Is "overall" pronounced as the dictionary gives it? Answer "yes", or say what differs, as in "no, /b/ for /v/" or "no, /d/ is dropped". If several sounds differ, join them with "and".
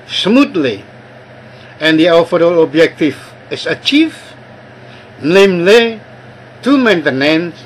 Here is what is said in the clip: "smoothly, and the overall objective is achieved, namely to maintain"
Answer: no, /f/ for /v/